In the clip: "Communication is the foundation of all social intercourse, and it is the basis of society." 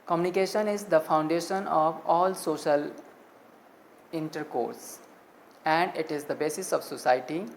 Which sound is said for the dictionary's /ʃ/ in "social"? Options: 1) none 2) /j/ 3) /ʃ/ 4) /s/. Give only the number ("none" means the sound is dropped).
3